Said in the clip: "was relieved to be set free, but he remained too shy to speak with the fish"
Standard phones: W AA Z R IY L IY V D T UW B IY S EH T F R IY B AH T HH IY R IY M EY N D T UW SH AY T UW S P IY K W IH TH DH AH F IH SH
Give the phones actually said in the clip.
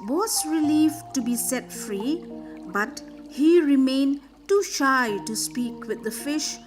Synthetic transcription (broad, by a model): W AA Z R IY L IY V T UW B IY S EH T F R IY B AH T HH IY R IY M EY N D T UW SH AY T UW S P IY K W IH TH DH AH F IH SH